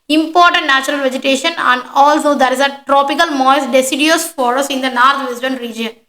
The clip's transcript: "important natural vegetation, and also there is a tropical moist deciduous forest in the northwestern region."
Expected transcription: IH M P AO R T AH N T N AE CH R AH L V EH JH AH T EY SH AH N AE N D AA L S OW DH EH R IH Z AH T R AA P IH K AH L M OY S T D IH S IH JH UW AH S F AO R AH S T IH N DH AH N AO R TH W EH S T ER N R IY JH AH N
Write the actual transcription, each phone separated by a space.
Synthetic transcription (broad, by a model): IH M P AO R T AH N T N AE CH R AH L V EH JH AH T EY SH AH N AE N D AA L S OW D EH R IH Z AH T R AA P IH K AH L M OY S D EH S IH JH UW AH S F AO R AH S IH N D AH N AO R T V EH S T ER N R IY JH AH N